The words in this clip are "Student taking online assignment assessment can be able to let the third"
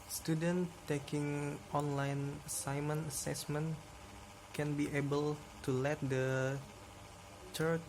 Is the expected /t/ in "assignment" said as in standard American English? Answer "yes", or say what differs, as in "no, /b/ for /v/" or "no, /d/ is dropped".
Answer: no, /t/ is dropped